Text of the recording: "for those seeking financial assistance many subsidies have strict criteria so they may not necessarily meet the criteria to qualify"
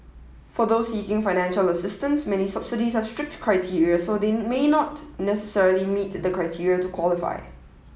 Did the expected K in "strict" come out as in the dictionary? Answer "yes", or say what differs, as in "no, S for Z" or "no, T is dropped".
yes